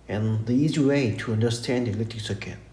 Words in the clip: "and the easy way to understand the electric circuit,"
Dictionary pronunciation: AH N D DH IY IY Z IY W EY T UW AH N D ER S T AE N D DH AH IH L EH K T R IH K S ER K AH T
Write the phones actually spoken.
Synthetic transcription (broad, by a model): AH N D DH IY IY Z IY W EY T UW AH N D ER S T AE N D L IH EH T IH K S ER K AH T